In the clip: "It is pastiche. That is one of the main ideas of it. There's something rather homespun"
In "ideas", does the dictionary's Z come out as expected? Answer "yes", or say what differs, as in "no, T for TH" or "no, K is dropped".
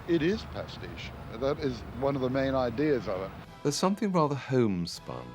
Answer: yes